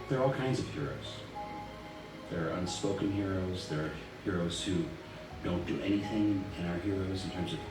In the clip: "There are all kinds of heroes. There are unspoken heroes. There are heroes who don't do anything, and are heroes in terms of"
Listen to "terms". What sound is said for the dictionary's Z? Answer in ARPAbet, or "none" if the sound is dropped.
Z